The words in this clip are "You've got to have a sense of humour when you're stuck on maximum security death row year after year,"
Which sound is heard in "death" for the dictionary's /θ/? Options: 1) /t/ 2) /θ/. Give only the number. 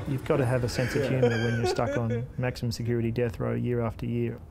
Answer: 2